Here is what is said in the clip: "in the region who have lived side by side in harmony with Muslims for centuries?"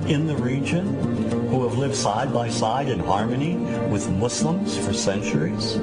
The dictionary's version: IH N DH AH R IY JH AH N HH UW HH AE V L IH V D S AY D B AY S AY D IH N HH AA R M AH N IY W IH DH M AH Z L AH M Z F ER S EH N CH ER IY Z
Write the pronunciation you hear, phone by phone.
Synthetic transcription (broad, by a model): IH N DH AH R IY JH AH N HH UW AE V L IH V D S AY D B AY S AY D IH N HH AA R M AH N IY W IH DH M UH S L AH M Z F ER S EH N CH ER IY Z